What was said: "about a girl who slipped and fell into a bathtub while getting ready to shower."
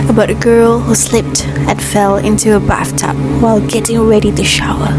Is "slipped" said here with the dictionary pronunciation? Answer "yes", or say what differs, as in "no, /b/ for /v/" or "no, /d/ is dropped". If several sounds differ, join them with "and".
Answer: yes